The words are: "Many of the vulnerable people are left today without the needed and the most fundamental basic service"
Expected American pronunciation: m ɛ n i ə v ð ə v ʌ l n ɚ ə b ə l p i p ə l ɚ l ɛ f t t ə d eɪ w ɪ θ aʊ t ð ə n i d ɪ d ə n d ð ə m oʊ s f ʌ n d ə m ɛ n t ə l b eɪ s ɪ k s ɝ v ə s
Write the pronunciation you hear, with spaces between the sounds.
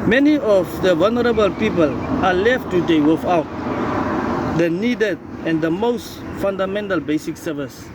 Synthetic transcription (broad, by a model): m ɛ n i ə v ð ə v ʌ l n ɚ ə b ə l p i p ə l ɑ l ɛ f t t ə d eɪ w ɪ f aʊ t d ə n i d ɪ d ə n d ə m oʊ s f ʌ n d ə m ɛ n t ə l b eɪ s ɪ k s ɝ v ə s